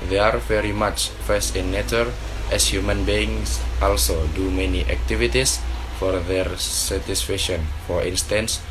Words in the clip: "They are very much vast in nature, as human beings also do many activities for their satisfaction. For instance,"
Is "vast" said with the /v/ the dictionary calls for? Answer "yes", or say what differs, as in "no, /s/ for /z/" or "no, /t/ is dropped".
no, /f/ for /v/